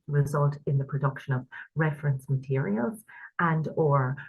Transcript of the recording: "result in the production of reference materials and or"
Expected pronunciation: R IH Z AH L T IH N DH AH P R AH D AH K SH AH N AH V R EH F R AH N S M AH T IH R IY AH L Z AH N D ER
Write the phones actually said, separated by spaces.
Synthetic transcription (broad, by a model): R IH Z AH L T IH N DH AH P R AH D AH K SH AH N AH V R EH F R AH N S M AH T IH R IY AH L Z AH N D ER